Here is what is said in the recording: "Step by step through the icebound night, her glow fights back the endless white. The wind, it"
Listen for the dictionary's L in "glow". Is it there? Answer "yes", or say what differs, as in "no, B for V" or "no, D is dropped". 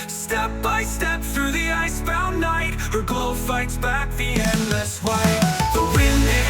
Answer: no, L is dropped